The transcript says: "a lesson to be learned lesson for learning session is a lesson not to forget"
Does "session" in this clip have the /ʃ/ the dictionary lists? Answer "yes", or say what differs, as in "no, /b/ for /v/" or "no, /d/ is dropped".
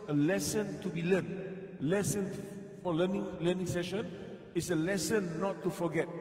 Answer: yes